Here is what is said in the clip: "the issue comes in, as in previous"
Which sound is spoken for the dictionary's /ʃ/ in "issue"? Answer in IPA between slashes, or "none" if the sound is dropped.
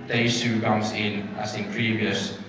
/s/